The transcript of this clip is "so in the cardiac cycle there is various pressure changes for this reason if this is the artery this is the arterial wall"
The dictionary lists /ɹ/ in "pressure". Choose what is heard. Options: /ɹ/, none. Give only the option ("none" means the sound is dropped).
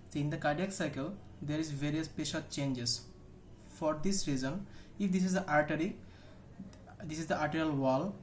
none